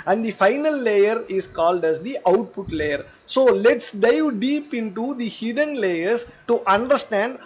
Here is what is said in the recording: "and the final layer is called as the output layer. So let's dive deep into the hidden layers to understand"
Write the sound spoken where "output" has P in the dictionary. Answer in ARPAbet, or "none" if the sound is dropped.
P